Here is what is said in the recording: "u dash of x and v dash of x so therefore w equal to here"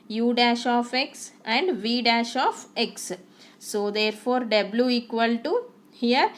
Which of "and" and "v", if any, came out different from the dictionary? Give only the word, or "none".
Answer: none